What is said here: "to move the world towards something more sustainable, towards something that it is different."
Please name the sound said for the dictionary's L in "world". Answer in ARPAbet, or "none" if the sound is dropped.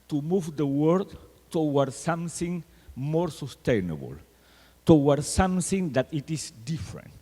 none